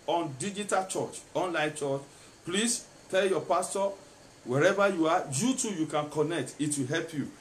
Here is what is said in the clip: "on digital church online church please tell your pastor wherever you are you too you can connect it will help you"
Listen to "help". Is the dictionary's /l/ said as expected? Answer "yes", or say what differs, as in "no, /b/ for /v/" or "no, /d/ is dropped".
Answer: yes